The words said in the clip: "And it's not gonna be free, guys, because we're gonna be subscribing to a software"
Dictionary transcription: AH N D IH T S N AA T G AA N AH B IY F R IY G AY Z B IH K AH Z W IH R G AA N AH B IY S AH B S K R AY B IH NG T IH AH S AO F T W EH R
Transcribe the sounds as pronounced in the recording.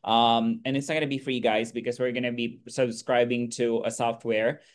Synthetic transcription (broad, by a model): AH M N IH T S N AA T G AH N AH B IY F R IY G AY Z B IH K AH Z W IH R G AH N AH B IY S AH B S K R AY B IH NG T IH AH S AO F T W EH R